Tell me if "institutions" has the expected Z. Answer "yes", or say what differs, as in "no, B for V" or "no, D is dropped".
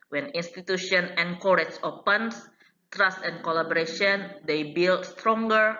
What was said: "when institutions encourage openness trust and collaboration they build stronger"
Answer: no, Z is dropped